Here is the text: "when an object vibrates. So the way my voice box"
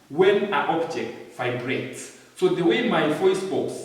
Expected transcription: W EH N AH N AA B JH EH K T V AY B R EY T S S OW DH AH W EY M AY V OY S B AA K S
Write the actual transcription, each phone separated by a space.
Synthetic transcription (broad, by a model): W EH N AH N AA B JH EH K T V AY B R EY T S S OW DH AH W EY M AY F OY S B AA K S